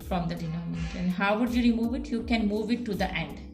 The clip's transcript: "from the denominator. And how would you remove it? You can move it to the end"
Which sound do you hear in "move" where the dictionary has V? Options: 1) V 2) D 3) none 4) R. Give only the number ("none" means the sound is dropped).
1